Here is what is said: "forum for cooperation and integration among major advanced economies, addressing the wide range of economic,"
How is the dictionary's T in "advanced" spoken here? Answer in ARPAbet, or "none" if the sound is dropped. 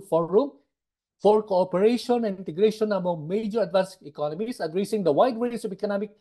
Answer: none